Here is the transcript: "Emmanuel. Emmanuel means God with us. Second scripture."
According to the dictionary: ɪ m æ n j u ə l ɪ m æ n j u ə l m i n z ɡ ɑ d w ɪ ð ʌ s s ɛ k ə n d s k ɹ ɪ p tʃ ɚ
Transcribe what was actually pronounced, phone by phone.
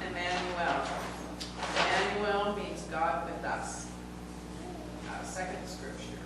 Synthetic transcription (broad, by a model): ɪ m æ n j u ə l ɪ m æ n j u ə l m i n z ɡ ɑ d w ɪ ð ʌ s s ɛ k ə n d s k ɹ ɪ p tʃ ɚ